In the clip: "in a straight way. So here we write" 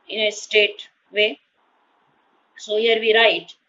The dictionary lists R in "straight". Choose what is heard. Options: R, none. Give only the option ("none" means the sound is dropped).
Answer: none